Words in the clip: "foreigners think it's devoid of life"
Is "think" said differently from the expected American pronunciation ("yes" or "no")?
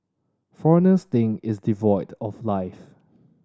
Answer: yes